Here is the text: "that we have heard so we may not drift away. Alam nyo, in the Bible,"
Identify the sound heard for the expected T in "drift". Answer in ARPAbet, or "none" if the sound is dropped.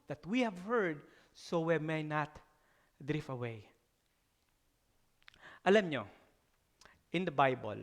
none